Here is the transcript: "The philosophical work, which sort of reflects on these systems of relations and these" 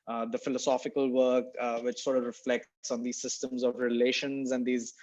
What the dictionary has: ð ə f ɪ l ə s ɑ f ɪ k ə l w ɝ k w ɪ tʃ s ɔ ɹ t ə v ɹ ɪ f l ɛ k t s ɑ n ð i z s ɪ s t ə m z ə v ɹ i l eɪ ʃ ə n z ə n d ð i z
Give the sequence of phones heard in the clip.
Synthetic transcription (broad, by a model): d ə f ɪ l ə s ɑ f ɪ k ə l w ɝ k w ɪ tʃ s ɔ ɹ t ə v ɹ ɪ f l ɛ k t s ɑ n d i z s ɪ s t ə m z ə v ɹ i l eɪ ʃ ə n z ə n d i z